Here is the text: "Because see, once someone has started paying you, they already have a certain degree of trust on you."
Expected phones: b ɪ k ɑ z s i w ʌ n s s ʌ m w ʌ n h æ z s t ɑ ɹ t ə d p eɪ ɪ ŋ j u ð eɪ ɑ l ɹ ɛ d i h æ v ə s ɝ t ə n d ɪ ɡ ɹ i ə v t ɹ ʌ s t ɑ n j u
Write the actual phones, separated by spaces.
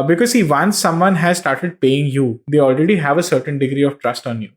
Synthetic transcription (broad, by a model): b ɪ k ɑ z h i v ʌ n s s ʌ m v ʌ n h æ z s t ɑ ɹ t ə d p eɪ ɪ ŋ j u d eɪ ɑ l ɹ ɛ d i h æ v ə s ɝ t ə n d ɪ ɡ ɹ i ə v t ɹ ʌ s t ɑ n j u